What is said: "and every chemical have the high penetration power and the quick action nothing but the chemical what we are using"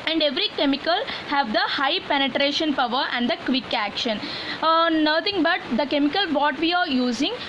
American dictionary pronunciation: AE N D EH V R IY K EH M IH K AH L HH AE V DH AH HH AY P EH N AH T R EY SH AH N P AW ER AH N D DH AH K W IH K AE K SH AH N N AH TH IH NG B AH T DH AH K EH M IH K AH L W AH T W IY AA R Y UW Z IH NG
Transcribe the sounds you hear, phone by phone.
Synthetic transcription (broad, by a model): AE N D EH V R IY K EH M IH K AH L HH AE V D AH HH AY P EH N AH T R EY SH AH N P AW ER AH N D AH K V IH K AE K SH AH N N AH T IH NG B AH T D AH K EH M IH K AH L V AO T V IY AA R Y UW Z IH NG